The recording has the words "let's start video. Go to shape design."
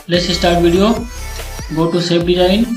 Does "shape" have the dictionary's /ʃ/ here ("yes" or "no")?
no